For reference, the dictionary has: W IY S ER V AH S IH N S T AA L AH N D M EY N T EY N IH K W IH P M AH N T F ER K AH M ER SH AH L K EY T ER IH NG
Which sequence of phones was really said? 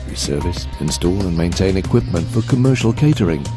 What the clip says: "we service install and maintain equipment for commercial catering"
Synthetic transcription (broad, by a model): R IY S ER V AH S IH N S T AA L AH N M EY N T EY N IH K W IH P M AH N T F ER K AH M ER SH AH L K EY T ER IH NG